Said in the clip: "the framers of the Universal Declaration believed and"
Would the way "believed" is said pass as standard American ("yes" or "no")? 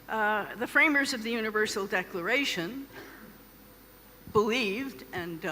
yes